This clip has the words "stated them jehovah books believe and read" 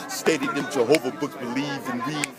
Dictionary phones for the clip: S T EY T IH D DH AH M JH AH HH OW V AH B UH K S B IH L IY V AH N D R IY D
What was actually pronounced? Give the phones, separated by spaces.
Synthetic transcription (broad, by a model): S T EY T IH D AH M JH AH HH OW V AH B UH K B IH L IY V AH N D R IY